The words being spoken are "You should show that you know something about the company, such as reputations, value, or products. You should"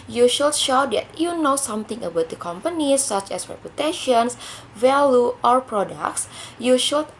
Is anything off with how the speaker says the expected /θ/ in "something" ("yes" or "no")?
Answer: yes